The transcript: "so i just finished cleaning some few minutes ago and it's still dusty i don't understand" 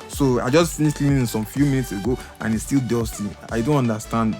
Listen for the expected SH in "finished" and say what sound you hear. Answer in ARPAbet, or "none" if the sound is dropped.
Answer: S